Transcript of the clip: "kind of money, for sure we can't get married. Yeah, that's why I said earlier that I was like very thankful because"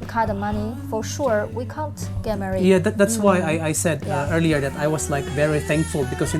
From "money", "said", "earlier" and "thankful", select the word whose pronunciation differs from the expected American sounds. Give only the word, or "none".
none